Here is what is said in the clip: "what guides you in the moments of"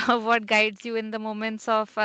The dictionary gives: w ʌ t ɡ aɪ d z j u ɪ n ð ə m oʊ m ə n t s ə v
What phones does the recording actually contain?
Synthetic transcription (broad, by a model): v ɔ t ɡ aɪ d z j u ɪ n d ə m oʊ m ə n t s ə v